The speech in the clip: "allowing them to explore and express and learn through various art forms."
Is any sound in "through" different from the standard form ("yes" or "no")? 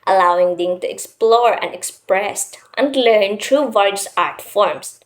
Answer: yes